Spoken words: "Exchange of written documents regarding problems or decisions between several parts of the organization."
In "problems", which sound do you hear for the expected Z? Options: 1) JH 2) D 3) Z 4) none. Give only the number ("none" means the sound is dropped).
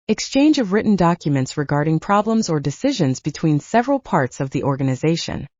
3